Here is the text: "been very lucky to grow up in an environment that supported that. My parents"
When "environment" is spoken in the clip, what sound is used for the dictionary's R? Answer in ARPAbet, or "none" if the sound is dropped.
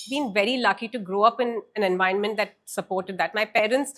none